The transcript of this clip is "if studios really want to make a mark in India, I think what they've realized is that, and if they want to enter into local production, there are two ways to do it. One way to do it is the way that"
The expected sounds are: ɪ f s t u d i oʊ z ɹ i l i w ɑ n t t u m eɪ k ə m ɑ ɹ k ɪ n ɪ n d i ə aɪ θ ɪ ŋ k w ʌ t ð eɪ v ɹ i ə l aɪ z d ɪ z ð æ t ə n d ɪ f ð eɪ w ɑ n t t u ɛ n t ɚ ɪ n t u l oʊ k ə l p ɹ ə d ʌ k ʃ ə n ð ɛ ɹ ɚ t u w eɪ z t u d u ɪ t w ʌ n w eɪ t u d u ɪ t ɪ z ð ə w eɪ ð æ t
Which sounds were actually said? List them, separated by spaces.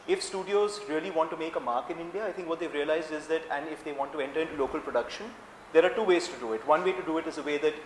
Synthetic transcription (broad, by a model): ɪ f s t u d i oʊ z ɹ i l i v ɑ n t t u m eɪ k ə m ɑ ɹ k ɪ n ɪ n d i ə aɪ t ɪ ŋ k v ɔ t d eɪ v ɹ i ə l aɪ z d ɪ z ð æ t ə n d ɪ f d eɪ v ɑ n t t u ɛ n t ɚ ɪ n t u l oʊ k ə l p ɹ ə d ʌ k ʃ ə n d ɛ ɹ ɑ t u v eɪ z t u d u ɪ t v ʌ n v eɪ t u d u ɪ t ɪ z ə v eɪ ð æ t